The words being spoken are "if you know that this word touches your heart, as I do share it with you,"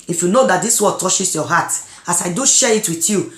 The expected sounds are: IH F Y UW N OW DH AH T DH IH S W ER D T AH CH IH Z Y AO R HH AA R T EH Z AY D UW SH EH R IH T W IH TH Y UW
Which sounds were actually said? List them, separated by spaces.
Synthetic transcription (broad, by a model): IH F Y UW N OW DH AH T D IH S W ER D T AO SH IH S Y AO HH AA T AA S AY D UW SH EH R IH T W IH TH Y UW